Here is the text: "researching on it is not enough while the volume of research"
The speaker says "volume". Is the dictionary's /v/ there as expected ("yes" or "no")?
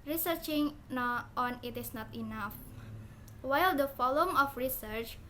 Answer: no